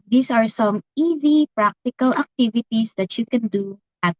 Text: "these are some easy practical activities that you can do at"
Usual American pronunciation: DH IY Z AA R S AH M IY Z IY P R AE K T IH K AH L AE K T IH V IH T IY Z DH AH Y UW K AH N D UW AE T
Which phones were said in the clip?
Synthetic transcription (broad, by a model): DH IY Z AA R S AH M IY Z IY P R AE K T IH K AH L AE K T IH V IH T IY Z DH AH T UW K AH N D UW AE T